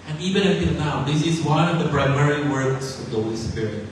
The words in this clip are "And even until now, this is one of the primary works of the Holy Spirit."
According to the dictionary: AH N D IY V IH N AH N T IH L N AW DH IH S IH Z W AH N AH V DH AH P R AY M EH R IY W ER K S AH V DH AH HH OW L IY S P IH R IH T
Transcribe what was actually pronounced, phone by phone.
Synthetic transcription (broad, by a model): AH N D IY V IH N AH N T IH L N AW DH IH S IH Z W AH N AH V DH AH B R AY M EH R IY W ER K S AH V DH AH HH OW L IY S P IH R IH T